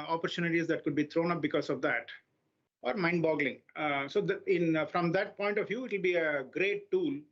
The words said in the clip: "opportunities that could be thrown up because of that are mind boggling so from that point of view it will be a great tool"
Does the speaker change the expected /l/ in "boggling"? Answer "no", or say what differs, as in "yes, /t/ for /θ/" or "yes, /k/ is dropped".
no